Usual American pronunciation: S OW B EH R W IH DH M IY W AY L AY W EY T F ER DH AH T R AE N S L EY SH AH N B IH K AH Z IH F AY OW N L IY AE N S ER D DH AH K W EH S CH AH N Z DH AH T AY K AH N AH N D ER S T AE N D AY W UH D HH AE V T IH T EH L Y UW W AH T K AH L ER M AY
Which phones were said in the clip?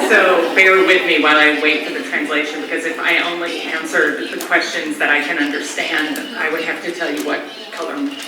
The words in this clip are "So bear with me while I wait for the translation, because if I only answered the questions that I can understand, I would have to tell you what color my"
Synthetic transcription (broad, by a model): S OW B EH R W IH DH M IY W AY L AY W EY T F ER DH AH T R AE N S L EY SH AH N B IH K AH Z IH F AY OW N L IY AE N S ER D DH AH K W EH S CH AH N Z DH AH T AY K AH N AH N D ER S T AE N D AY W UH D HH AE F T IH T EH L Y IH W AH T K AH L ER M